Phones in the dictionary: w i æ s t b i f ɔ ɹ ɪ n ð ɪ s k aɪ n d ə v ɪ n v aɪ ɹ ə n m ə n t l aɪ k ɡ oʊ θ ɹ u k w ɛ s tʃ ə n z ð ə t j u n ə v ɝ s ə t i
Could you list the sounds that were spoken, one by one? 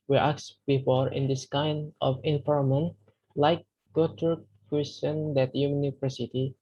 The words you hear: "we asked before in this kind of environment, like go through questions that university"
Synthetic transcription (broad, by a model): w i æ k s b i f ɔ ɹ ɪ n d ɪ s k aɪ n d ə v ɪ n f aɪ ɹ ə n m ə n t l aɪ k ɡ oʊ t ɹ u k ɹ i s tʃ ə n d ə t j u n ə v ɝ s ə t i